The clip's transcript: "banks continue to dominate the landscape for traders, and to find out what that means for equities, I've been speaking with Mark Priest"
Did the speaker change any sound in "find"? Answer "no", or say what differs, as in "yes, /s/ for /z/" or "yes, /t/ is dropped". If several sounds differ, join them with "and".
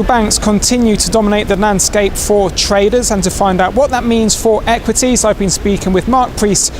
no